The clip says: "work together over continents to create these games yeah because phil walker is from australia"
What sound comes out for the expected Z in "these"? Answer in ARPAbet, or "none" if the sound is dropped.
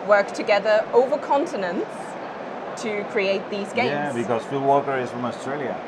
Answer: Z